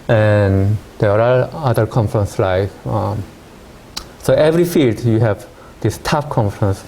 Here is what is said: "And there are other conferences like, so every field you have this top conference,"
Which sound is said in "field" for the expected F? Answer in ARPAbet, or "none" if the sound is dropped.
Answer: F